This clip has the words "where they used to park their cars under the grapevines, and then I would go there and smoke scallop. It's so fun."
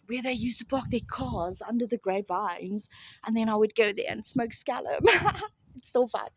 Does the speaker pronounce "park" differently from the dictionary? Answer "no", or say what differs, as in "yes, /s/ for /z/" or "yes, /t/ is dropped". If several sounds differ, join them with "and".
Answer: yes, /b/ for /p/